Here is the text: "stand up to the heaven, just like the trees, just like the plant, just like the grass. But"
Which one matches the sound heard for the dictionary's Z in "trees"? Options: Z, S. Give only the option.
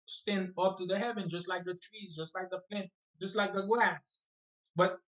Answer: Z